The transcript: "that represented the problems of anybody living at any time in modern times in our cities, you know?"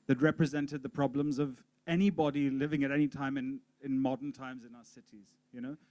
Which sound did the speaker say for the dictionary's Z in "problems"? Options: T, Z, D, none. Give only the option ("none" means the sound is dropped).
Z